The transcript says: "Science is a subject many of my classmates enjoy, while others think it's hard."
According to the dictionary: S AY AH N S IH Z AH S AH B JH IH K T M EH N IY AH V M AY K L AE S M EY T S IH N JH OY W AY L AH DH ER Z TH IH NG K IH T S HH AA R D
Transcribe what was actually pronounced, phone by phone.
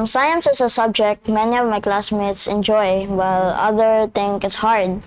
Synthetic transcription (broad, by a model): S AY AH N S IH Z AH S AH B JH IH K T M EH N IY AH V M AY K L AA S M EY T S IH N JH OY W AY L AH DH ER TH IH NG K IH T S HH AA R D